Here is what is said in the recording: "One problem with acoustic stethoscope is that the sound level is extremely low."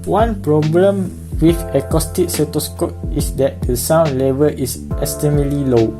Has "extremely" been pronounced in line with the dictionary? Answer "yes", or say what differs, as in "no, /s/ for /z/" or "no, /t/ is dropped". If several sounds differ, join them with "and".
no, /k/ is dropped and /ɹ/ is dropped